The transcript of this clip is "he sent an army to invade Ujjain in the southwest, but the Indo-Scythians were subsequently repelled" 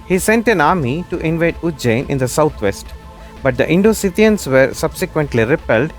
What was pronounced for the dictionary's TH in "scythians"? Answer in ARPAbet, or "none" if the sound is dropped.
T